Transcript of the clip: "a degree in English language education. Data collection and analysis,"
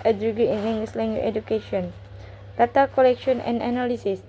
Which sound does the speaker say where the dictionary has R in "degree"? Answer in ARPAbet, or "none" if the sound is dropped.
none